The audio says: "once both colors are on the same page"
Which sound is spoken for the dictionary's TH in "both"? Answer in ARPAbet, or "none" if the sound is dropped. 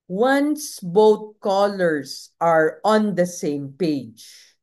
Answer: T